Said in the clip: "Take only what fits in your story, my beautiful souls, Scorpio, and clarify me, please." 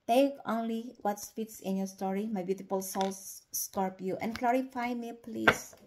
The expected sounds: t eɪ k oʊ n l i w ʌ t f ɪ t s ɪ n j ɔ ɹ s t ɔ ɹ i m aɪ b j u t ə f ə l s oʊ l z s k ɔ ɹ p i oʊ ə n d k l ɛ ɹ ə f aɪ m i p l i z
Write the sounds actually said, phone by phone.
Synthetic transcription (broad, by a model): t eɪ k oʊ n l i w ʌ t p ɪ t s ɪ n j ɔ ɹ s t ɔ ɹ i m aɪ b j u t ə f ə l s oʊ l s s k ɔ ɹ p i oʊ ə n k l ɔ ɹ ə f aɪ m i p l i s